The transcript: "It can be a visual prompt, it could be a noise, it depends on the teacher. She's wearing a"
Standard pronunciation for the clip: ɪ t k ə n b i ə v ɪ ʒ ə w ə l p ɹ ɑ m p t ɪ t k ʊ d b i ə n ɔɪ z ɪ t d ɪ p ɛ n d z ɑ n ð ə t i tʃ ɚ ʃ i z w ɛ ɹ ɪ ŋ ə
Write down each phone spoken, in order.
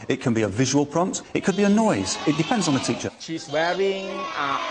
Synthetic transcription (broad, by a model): ɪ t k ə n b i ə v ɪ ʒ ə w ə l p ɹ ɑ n t ɪ t k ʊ d b i ə n ɔɪ z ɪ t d ɪ p ɛ n d z n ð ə t i tʃ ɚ ʃ i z w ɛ ɹ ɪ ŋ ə